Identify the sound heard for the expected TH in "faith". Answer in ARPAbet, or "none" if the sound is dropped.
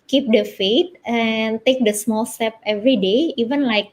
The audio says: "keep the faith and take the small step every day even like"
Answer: T